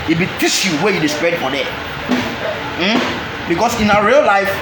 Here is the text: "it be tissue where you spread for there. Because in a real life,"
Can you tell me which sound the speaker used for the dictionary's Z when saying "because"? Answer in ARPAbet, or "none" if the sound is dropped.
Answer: S